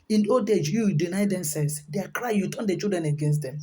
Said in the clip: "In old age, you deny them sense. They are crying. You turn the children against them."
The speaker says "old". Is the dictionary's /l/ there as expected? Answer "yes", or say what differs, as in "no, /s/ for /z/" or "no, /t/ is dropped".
no, /l/ is dropped